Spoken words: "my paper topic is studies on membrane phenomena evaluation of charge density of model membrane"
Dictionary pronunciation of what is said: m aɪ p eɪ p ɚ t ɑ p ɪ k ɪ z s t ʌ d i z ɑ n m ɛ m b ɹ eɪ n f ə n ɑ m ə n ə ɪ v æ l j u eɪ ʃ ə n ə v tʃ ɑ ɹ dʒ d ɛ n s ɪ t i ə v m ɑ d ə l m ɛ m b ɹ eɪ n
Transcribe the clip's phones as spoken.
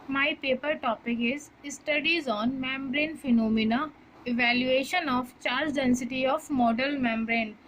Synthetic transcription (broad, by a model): m aɪ p eɪ p ɚ t ɑ p ɪ k ɪ z s t ʌ d i z ɑ n m ɛ m b ɹ eɪ n f ə n ɑ m ə n ə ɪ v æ l j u eɪ ʃ ə n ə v tʃ ɑ ɹ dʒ d ɛ n s ɪ t i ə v m ɑ d ə l m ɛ m b ɹ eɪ n